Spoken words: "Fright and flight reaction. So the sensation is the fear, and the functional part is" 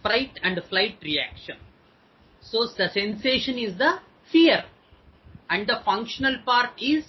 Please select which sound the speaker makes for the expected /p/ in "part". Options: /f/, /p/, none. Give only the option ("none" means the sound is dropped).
/p/